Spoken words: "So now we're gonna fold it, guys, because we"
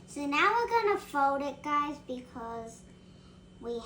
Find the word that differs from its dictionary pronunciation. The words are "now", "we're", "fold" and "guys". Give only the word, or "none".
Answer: none